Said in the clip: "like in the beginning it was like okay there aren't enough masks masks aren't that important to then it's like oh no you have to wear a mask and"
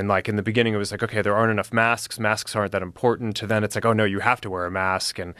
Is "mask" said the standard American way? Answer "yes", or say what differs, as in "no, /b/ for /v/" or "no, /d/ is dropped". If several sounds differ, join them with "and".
yes